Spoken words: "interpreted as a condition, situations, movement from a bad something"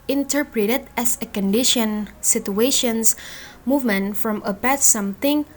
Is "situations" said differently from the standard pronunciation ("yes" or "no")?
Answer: yes